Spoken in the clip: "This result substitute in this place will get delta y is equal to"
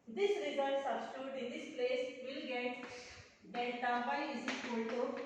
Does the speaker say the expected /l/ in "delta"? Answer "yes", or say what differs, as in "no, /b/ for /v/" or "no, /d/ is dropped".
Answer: no, /n/ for /l/